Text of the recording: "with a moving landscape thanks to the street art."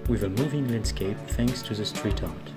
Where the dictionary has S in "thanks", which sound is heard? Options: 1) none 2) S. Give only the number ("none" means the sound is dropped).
2